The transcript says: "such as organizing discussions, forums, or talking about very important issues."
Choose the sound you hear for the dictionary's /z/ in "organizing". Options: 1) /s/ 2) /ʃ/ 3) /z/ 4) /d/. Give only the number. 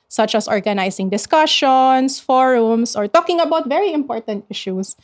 1